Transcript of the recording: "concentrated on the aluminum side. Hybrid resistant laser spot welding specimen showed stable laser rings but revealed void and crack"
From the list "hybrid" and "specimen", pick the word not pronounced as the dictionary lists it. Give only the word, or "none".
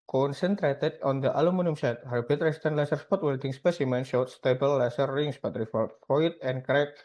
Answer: hybrid